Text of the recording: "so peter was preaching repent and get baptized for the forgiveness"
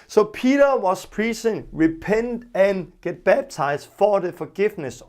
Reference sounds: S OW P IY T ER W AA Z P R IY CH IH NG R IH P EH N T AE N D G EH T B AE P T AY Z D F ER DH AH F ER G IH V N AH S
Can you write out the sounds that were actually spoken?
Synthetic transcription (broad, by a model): S OW P IY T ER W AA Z P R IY S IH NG R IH P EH N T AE N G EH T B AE B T AY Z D F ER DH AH F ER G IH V N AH S